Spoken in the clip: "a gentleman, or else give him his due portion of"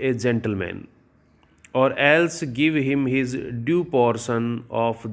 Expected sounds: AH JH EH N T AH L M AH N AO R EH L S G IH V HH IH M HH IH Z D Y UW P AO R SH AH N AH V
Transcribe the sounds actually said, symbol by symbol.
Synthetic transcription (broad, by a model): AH JH EH N T AH L M AH N AO R EH L S G IH V HH IH M HH IH Z D Y UW P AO R S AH N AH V